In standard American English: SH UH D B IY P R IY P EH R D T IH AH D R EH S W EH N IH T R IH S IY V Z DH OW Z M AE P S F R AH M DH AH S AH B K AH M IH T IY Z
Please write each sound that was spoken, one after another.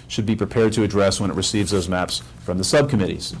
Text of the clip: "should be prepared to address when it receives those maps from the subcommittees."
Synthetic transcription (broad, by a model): SH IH D B IY P R IY P EH R D T IH AH D R EH S W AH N IH T R IH S IY V Z DH OW Z M AE P S F R AH M DH AH S AH B K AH M IH T IY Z